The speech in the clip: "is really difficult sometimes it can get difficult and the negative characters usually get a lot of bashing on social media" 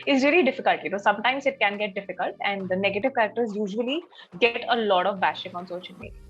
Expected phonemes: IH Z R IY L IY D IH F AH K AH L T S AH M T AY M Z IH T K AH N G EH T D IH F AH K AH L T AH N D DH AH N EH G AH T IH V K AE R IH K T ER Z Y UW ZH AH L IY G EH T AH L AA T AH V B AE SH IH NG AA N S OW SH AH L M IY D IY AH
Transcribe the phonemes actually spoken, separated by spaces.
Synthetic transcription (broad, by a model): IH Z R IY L IY D IH F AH K AH L T S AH M T AY M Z IH T K AH N G EH T D IH F AH K AH L T AH N D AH N EH G AH T IH V K AE R IH K T ER Z Y UW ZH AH L IY G EH T AH L AA T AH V B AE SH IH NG AA N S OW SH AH N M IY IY